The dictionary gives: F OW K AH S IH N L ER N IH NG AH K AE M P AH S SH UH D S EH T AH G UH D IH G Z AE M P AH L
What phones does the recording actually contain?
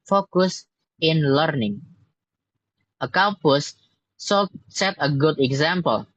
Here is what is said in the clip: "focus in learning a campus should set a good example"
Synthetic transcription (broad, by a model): F OW K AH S IH N L ER N IH NG AH K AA P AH S S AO S EH T AH G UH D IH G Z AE M P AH L